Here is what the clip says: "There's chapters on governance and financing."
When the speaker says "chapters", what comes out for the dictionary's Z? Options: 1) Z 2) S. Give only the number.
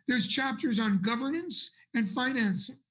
1